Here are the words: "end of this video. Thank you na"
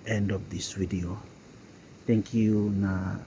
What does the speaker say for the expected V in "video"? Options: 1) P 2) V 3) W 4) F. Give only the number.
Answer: 3